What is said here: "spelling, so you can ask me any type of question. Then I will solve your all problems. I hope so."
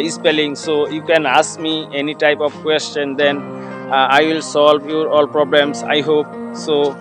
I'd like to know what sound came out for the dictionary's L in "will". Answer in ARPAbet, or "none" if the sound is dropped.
L